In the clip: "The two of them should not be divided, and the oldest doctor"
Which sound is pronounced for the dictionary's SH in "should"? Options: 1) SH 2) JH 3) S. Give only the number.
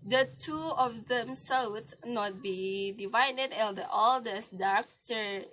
3